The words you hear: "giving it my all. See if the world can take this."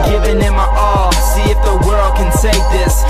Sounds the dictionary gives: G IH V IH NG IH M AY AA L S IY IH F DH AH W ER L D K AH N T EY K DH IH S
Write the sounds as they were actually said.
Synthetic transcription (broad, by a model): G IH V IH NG IH M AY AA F S IY IH F DH AH W ER L D K AH N S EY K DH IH S